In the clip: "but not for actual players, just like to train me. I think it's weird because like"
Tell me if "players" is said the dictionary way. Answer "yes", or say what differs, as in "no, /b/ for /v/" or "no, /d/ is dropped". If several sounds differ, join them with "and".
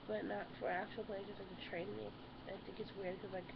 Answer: no, /z/ is dropped